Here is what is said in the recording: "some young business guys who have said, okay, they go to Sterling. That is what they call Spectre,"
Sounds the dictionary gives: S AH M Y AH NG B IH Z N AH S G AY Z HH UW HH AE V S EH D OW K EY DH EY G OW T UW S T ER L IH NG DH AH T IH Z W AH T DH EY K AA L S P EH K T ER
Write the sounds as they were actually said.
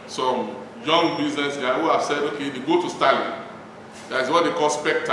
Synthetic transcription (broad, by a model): S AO M Y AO NG B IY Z N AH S G AY HH UW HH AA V S EH D OW K EY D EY G OW T UW S T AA L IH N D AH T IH S W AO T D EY K AA L S P EH K T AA